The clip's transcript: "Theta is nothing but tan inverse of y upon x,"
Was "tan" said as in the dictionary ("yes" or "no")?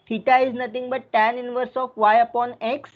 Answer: yes